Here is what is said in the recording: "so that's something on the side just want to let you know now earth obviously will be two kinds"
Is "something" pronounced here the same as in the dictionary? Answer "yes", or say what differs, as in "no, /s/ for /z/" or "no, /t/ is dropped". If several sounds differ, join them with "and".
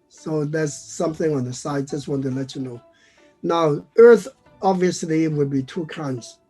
yes